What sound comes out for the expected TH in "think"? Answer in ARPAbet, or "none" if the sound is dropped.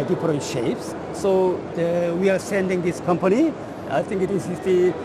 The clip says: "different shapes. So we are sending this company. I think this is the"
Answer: T